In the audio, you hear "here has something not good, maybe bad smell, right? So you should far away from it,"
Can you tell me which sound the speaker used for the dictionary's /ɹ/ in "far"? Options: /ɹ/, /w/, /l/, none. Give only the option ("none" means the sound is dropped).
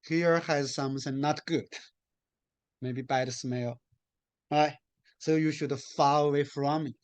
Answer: /l/